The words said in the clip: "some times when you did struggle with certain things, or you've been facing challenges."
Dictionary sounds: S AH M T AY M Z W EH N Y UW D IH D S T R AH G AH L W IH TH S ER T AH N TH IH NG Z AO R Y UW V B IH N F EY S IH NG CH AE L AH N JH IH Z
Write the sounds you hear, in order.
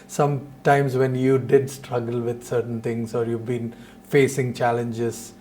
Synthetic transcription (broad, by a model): S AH M T AY M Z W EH N Y UW D IH D S T R AH G AH L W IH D S ER T AH N T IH NG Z AO R Y UW V B IH N F EY S IH NG CH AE L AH N JH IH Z